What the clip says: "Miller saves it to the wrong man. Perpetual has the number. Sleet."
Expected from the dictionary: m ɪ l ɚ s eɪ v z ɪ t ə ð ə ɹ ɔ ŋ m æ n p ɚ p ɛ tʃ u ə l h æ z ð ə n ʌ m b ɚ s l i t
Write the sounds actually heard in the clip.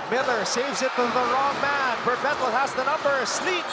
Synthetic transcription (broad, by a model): m ɪ l ɚ s eɪ v z ɪ t ə ð ə ɹ ɔ ŋ m æ n b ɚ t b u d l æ z ð ə n ʌ m b ɚ s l i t